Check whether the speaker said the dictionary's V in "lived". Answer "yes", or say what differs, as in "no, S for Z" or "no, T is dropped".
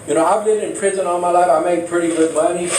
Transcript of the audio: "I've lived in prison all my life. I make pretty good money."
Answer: no, V is dropped